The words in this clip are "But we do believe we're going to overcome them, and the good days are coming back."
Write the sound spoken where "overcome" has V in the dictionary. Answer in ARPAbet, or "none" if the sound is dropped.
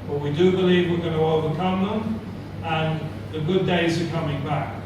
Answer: V